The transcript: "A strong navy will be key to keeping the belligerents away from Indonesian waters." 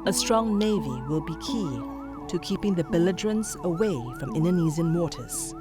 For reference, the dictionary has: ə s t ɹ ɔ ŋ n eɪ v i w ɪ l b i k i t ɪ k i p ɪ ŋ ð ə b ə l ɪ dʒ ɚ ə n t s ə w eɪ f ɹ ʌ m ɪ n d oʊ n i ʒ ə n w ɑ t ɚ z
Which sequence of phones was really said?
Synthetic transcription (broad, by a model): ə s t ɹ ɔ ŋ n eɪ v i w ɪ l b i k i t ɪ k i p ɪ ŋ ð ə b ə l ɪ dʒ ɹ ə n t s ə w eɪ f ɹ ʌ m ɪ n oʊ n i z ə n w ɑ t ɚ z